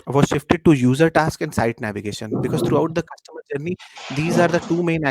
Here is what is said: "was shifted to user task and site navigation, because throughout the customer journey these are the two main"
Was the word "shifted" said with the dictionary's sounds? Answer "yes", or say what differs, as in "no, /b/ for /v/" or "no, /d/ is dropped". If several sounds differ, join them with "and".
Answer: yes